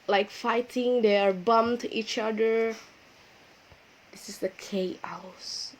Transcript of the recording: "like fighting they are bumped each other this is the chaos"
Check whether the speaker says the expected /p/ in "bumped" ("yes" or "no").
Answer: no